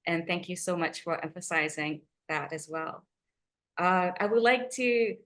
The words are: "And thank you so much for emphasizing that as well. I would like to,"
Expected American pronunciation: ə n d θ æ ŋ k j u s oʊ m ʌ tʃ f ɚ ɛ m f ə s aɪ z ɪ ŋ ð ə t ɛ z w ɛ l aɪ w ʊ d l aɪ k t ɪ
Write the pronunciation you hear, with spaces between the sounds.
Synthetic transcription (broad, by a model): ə n θ æ ŋ k j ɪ s oʊ m ʌ tʃ f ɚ ɛ m f ə s aɪ z ɪ ŋ ð ə t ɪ z w ɛ l aɪ w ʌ d l aɪ k t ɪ